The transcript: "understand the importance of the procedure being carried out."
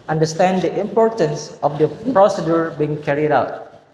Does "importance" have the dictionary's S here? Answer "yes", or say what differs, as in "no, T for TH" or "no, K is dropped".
yes